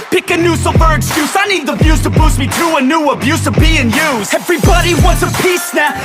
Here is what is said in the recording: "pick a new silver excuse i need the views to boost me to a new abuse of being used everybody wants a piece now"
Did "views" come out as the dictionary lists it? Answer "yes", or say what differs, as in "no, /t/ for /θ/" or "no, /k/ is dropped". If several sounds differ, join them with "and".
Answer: no, /b/ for /v/